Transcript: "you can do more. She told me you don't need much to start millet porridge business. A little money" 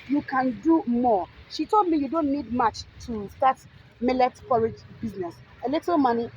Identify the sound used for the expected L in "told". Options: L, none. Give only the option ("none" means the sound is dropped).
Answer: L